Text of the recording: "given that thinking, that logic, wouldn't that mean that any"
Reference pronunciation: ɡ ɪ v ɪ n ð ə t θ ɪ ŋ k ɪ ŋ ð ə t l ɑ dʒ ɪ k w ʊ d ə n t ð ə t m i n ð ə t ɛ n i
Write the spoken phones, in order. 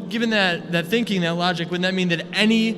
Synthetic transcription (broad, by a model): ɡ ɪ v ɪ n ð ə t θ ɪ ŋ k ɪ ŋ ð ə t l ɑ dʒ ɪ k w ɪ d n ð ə t m i n ð ə t ɛ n i